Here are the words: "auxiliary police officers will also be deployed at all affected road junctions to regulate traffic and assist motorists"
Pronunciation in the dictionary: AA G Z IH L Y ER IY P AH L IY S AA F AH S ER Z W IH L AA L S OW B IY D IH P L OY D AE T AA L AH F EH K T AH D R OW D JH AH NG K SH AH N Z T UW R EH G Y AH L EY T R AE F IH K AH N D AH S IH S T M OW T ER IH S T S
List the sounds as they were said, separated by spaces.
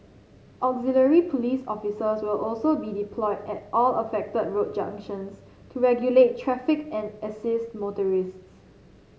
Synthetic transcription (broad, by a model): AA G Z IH L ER IY P AH L IY S AA F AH S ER S W IH L AA L S OW B IY D IH P L OY D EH T AA L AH F EH K T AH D R OW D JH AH NG K SH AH N S T UW R EH G Y AH L EY T R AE F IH K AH N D AH S IH S T M OW T ER IH S T S